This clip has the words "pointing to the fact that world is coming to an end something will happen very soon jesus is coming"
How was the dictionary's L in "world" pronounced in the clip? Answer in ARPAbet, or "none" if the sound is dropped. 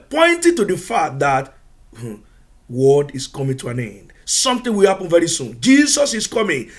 none